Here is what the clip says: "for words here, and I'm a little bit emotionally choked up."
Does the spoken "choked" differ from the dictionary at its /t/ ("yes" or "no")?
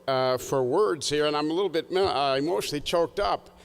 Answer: no